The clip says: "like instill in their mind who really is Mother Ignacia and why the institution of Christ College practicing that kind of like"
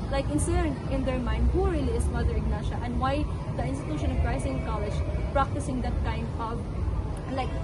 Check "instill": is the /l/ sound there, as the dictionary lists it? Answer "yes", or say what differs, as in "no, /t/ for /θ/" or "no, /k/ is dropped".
no, /n/ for /l/